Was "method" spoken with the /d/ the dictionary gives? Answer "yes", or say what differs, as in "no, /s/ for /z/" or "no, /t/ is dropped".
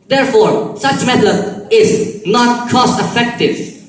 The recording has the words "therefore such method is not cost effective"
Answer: no, /d/ is dropped